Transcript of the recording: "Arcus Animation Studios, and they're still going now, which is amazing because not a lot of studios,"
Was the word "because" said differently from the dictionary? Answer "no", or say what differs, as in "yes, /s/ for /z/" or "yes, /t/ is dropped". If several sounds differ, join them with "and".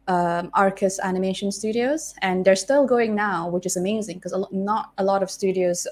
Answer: yes, /z/ is dropped